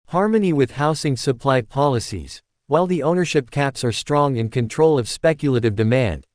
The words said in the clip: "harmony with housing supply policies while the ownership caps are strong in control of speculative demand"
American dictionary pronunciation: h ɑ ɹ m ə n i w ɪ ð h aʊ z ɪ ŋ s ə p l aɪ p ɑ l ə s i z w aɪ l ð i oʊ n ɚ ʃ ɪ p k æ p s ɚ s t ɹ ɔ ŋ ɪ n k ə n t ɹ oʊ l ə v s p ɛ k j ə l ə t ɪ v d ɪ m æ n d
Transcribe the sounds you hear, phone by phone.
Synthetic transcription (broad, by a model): h ɑ ɹ m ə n i w ɪ ð h aʊ s ɪ ŋ s ə p l aɪ p ɑ l ə s i z w aɪ l ð i oʊ n ɚ ʃ ɪ p k æ p s ɚ s t ɹ ɔ ŋ ɪ n k ə n t ɹ oʊ l ə v s p ɛ k j ə l ə t ɪ v d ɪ m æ n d